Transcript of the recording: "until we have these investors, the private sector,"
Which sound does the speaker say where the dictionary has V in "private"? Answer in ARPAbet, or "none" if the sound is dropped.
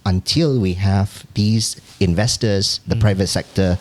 V